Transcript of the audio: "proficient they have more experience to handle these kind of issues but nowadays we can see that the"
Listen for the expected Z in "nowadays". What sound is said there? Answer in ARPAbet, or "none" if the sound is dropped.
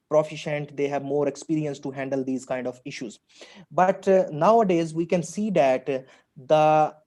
Z